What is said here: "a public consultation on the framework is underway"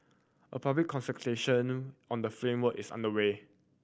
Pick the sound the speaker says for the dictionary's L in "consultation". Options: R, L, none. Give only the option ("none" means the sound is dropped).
none